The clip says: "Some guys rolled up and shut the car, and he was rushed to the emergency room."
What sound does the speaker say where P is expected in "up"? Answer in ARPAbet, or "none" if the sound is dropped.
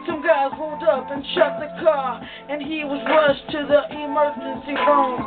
P